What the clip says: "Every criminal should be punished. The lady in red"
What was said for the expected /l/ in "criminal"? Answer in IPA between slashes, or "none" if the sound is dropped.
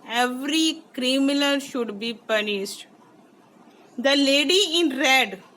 /n/